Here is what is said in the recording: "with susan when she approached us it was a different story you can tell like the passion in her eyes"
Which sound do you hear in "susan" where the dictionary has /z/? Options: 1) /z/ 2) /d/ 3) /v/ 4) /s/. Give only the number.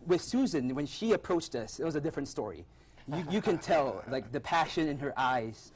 1